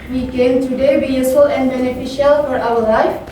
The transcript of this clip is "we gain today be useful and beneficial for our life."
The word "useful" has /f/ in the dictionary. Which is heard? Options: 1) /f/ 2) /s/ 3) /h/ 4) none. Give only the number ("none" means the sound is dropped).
4